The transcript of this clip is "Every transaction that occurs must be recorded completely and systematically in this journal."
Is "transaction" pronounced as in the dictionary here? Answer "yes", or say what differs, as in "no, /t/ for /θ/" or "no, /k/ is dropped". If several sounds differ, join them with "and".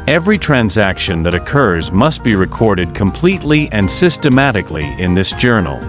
yes